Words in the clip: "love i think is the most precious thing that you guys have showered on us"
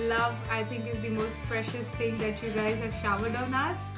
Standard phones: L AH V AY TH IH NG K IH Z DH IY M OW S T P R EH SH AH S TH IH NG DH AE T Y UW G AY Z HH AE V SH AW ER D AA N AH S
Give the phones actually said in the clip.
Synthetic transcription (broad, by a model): L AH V AY T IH NG K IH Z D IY M OW S T P R EH SH AH S T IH NG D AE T Y UW G AY Z HH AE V SH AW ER D AA N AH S